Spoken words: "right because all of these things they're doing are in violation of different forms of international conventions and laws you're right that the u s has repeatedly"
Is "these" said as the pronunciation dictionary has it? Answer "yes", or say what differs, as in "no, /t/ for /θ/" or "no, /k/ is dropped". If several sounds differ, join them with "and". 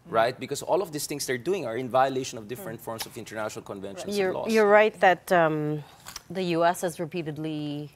no, /s/ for /z/